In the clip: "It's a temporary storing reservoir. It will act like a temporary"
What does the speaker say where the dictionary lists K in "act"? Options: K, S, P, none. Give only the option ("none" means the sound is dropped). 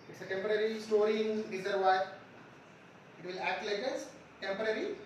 K